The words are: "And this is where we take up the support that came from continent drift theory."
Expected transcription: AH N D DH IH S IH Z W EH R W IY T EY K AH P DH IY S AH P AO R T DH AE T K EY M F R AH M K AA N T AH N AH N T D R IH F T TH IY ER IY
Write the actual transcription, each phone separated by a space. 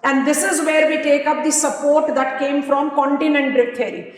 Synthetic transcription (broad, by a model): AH N D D IH S IH Z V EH R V IY T EY K AH P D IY S AH P AO R T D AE T K EY M F R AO M K AA N T AH N AH N T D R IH T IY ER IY